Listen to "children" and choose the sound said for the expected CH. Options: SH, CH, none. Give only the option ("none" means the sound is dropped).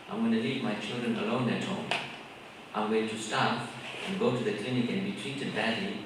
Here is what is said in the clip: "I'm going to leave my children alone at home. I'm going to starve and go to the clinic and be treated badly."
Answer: CH